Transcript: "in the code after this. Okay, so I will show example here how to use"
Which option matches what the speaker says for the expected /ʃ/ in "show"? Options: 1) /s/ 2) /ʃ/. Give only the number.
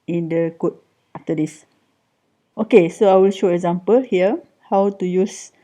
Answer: 2